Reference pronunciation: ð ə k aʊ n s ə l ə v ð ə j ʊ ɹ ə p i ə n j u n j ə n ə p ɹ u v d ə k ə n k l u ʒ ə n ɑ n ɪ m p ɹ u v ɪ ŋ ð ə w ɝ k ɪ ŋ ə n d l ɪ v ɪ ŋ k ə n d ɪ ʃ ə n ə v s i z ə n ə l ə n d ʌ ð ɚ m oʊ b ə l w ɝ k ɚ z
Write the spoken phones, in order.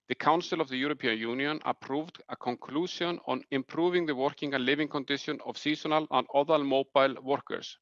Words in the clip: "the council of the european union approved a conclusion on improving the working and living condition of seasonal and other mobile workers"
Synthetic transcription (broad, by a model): ð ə k aʊ n s ə l ə v ð ə j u ɹ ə p i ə n j u n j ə n ə p ɹ u v d ə k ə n k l u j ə n ɑ n ɪ m p ɹ u v ɪ ŋ ð ə w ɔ k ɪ ŋ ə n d l ɪ v ɪ ŋ k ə n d ɪ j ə n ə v s i s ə n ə l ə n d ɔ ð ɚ m oʊ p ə l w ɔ k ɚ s